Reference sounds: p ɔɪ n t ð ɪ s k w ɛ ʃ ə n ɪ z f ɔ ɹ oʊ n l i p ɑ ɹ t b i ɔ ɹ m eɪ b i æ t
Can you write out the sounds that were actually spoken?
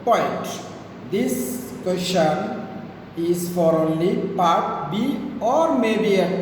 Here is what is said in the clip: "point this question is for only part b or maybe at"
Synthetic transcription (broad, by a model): p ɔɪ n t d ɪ s k w ɛ ʃ ə n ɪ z f ɔ ɹ oʊ n l i p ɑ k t b i ɔ ɹ m eɪ b i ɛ